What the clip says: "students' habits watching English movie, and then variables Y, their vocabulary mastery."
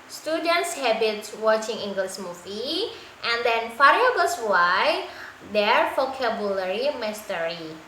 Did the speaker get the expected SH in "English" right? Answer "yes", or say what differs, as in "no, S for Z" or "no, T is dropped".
no, S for SH